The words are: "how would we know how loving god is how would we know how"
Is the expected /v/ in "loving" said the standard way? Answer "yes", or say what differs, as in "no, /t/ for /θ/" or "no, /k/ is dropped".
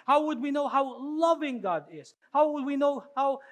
yes